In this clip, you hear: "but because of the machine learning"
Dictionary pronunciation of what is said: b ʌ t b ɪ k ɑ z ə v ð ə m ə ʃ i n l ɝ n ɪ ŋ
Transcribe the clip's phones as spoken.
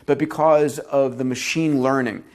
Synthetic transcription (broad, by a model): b ʌ t b ɪ k ɑ z ə v ð ə m ə ʃ i n l ɝ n ɪ ŋ